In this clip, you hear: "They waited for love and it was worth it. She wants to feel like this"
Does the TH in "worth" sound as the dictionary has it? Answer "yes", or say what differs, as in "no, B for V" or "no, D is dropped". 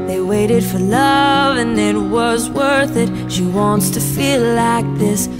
yes